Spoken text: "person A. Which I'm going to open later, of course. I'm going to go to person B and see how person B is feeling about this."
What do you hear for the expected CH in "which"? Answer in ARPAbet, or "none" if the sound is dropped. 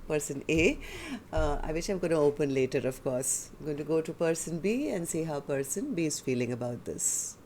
SH